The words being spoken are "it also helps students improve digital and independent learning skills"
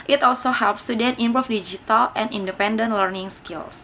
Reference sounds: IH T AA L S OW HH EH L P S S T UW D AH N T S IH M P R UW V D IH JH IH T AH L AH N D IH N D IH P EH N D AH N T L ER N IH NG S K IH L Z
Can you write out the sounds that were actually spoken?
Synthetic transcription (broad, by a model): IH T AA L S OW HH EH L P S S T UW D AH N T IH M P R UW F D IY JH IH T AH L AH N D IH N D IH P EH N D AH N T L ER N IH NG S K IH L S